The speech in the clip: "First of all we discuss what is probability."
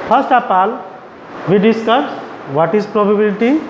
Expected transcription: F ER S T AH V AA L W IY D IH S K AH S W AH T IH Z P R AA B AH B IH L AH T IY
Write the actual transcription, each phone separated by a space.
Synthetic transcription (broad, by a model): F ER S T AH P AA L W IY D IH S K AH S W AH T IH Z P R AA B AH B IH L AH T IY